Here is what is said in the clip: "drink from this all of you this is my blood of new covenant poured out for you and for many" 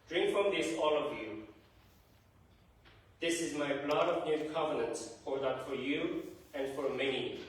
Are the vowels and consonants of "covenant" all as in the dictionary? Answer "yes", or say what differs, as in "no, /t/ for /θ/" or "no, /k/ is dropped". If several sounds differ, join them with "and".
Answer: yes